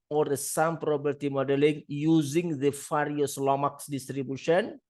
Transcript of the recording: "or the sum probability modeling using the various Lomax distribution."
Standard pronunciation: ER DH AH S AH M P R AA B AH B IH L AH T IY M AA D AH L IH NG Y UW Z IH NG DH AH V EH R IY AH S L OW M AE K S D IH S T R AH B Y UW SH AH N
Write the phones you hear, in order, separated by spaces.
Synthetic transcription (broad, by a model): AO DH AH S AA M P R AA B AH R T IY M AA D AH L IH NG Y UW Z IH NG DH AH F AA R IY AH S L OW M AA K S D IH S T R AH B Y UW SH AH N